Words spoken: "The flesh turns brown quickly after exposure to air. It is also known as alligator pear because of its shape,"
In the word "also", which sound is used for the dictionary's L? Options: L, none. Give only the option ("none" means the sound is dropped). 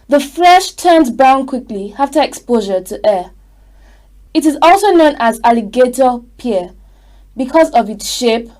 L